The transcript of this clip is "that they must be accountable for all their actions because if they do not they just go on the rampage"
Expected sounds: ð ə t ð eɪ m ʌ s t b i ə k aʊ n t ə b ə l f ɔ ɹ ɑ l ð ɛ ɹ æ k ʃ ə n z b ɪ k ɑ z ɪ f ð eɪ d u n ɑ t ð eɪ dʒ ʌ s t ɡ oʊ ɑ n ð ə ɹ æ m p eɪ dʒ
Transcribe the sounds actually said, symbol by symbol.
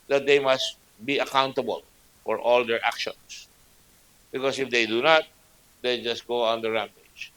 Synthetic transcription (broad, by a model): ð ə t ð eɪ m ʌ s t b i ə k aʊ n t ə b ə l f ɔ ɹ ɑ l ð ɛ ɹ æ k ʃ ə n s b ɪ k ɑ s ɪ f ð eɪ d u n ɑ t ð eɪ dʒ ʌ s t ɡ oʊ ɑ n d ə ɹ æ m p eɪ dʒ